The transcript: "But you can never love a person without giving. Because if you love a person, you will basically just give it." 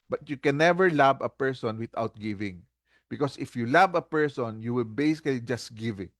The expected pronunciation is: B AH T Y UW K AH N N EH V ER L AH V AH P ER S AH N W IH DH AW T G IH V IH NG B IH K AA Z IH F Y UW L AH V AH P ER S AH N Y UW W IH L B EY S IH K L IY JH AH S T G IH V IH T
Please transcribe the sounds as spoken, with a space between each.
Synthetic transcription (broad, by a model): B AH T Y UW K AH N N EH V ER L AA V AH P ER S AH N W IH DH AW T G IH V IH NG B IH K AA S IH F Y UW L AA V AH P ER S AH N Y UW W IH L B EY S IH K L IY JH AH S T G IH V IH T